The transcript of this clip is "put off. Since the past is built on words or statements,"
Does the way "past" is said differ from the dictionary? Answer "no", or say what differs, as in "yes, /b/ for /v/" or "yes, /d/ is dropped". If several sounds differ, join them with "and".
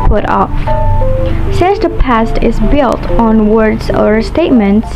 no